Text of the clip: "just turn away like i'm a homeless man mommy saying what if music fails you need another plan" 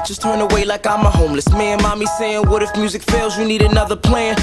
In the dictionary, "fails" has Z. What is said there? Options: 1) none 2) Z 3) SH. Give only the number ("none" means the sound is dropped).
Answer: 2